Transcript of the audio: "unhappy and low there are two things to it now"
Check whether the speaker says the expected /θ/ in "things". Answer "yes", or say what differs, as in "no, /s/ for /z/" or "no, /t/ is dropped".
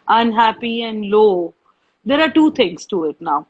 no, /t/ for /θ/